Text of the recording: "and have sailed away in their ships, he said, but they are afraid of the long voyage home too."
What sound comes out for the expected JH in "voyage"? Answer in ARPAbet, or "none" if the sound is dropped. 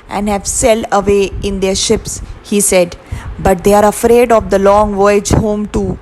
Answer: JH